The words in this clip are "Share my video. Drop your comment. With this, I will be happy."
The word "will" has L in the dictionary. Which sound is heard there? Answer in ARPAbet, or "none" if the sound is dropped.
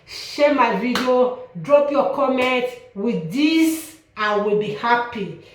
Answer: L